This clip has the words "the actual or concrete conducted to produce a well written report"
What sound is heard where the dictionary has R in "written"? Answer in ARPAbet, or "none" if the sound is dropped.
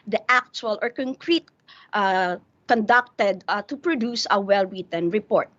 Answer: W